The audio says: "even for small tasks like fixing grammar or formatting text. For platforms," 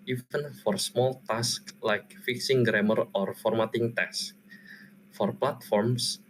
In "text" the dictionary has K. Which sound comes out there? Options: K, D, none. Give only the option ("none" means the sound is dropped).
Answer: none